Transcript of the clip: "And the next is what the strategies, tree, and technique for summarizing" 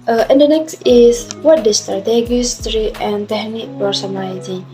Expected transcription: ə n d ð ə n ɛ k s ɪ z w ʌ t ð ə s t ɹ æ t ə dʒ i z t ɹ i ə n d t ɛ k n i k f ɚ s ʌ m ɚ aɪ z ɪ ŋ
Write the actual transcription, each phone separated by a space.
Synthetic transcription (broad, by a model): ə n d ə n ɛ k s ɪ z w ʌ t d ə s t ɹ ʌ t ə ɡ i s t ɹ i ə n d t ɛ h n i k p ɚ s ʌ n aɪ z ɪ